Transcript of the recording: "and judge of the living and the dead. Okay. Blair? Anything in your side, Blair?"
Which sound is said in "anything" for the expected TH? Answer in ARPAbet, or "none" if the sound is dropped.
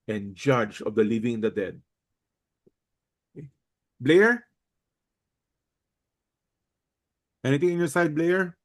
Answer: T